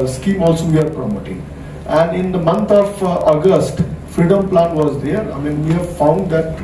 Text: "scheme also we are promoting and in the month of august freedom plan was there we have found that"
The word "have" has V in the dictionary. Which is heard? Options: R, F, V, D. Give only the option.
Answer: V